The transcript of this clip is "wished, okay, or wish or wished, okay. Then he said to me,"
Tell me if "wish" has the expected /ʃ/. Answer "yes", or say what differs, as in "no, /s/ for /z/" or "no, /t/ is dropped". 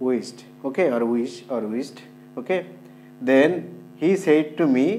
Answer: no, /s/ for /ʃ/